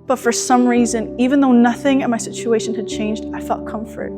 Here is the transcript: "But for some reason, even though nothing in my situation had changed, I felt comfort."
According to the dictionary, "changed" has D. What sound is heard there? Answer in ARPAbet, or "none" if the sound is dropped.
D